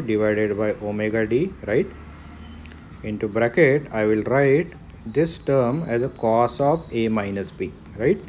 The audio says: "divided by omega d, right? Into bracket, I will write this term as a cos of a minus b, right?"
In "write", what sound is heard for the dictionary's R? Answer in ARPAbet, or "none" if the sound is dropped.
R